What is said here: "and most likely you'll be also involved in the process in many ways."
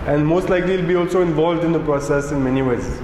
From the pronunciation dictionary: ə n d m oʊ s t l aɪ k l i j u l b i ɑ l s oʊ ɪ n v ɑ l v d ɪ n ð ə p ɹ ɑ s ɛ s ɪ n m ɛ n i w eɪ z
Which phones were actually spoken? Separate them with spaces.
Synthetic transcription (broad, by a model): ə n d m oʊ s t l aɪ k l i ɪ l b i ɑ l s oʊ ɪ n v ɑ l v d ɪ n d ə p ɹ ɑ s ɛ s ɪ n m ɛ n i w eɪ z